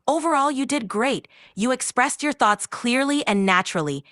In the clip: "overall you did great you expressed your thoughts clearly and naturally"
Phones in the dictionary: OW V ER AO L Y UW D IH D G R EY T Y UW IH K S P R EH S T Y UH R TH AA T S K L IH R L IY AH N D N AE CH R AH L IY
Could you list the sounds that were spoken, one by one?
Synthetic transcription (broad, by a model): OW V ER AO L Y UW D IH D G R EY T Y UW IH K S P R EH S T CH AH R TH AA T S K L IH R L IY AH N N AE CH R L IY